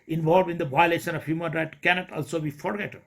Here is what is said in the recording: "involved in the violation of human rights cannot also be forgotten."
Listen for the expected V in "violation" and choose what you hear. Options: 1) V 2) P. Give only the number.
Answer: 1